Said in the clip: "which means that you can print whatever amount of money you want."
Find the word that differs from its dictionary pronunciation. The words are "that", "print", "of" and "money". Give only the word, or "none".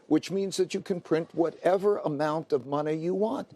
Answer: none